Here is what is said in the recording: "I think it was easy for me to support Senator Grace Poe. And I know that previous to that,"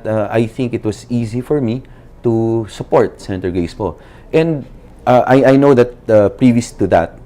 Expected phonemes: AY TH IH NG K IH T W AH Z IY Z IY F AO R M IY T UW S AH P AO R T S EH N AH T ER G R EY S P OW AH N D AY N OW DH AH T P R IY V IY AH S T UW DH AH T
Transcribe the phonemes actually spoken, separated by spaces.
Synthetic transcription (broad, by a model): AY TH IH NG K IH T W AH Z IY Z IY F AO R M IY T UW S AH P AO R T S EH N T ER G EY S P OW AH N D AY N OW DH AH T P R IY V IY AH S T UW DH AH T